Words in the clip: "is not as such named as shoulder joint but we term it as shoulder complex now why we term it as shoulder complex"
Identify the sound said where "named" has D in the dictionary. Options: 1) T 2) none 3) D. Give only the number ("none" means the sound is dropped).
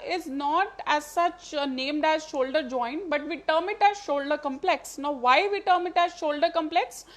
3